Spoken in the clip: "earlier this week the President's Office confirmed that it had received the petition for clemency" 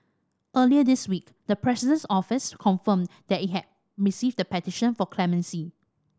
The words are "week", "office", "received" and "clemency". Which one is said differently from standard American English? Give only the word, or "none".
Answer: none